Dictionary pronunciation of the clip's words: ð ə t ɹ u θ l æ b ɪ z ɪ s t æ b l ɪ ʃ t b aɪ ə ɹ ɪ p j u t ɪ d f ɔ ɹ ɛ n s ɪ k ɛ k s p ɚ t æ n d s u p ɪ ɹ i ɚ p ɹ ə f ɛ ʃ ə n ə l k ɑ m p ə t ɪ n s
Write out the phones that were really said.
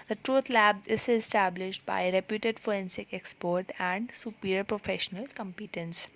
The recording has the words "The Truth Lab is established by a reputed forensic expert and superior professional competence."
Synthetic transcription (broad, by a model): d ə t ɹ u t l æ b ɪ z ɪ s t æ b l ɪ ʃ t b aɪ ə ɹ ɪ p j u t ɪ d f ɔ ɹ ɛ n s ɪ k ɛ k s p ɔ t æ n d s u p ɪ ɹ p ɹ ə f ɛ ʃ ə n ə l k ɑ m p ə t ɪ n s